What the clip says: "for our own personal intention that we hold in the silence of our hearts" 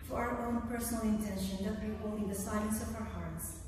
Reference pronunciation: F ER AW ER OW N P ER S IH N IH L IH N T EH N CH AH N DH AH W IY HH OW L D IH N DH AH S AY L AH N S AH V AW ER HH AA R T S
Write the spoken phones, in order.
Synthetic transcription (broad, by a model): F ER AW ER OW N P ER S N L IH N T EH N SH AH N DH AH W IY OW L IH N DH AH S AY AH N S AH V AW ER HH AA R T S